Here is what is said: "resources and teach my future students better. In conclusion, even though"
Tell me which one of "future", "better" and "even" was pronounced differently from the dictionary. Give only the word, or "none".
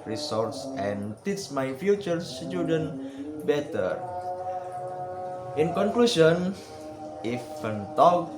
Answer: even